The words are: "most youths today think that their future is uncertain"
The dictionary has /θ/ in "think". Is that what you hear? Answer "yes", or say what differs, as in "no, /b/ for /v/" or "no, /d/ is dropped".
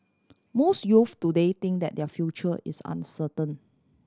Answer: no, /t/ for /θ/